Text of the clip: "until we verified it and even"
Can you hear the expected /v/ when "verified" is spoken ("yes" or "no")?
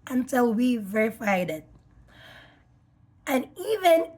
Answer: yes